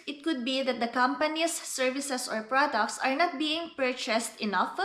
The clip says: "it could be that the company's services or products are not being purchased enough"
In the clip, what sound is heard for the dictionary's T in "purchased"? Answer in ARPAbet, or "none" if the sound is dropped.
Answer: T